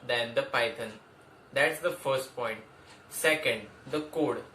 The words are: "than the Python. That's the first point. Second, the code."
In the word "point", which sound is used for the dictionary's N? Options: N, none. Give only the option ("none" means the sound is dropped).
N